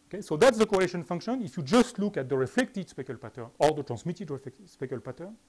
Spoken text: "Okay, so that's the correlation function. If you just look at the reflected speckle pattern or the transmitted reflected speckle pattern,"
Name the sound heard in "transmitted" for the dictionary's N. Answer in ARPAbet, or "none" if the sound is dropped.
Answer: none